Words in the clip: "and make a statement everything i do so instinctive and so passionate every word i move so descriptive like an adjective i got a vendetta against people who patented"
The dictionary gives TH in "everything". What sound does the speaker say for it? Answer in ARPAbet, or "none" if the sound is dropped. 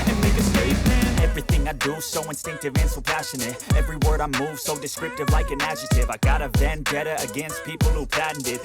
TH